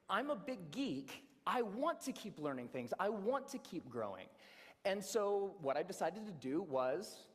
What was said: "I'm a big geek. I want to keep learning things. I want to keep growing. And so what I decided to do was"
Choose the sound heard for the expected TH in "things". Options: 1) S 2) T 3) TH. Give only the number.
3